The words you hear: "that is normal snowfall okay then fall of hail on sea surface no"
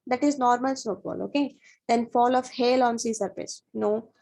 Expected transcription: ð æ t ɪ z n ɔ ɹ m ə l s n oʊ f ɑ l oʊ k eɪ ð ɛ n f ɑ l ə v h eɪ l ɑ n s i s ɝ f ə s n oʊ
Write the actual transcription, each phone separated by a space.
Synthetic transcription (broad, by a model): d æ t ɪ z n ɔ ɹ m ə l s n oʊ p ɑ l oʊ k eɪ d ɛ n f ɑ l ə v h eɪ l ɑ n s i s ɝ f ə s n oʊ